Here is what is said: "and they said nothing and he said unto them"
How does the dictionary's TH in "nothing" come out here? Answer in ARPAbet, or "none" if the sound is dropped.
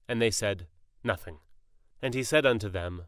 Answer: TH